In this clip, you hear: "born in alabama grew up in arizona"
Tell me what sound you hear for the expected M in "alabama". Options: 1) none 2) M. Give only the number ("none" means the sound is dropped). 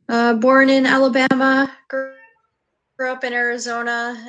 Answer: 2